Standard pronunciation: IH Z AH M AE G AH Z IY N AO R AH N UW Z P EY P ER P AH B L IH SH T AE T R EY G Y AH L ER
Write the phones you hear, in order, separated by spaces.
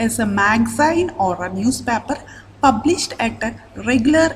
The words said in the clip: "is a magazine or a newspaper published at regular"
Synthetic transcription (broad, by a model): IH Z AH M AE G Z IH N AO R AH N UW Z P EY P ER P AH B L IH SH T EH T R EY G Y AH L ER